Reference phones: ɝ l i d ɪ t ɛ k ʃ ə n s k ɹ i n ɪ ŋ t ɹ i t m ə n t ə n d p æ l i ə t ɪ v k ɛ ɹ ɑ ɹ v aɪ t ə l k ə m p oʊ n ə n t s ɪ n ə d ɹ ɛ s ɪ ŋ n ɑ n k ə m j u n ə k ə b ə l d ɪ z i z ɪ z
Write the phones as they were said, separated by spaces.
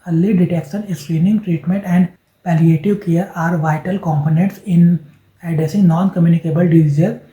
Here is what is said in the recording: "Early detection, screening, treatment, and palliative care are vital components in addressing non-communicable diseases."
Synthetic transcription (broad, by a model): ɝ l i d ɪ t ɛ k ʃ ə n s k ɹ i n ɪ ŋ t ɹ i t m ə n t ə n d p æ l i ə t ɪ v k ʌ ɹ ɑ ɹ v aɪ t ə l k ə m p oʊ n ə n t s ɪ n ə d ɛ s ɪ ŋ n ɑ n k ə m j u n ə k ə b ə l d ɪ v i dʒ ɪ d